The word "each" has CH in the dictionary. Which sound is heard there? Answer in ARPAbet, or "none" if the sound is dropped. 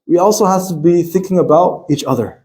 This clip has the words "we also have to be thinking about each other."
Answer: CH